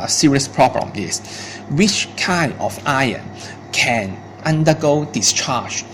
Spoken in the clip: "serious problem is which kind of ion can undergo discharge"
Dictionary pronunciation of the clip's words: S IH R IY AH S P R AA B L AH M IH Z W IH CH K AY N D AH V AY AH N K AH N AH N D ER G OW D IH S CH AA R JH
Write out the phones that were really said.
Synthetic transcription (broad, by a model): S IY R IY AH S P R AA B L AH M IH S W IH CH K AY N D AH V AY AH N K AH N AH N D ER G OW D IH S CH AA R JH